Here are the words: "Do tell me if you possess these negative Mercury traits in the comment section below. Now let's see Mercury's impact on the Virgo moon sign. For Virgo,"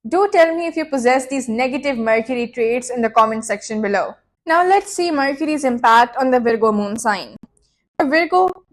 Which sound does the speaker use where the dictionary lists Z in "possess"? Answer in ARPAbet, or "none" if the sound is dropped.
Z